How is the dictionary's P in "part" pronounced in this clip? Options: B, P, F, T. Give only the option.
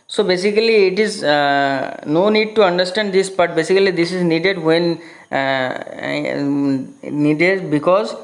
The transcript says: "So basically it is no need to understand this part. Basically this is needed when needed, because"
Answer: B